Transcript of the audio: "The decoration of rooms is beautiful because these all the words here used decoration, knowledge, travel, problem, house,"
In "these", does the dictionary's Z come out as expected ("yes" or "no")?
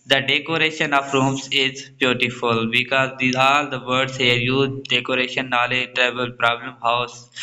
no